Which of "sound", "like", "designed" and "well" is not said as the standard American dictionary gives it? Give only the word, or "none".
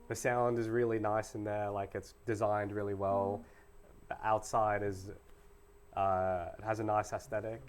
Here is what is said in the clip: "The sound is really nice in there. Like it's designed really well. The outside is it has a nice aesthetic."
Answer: none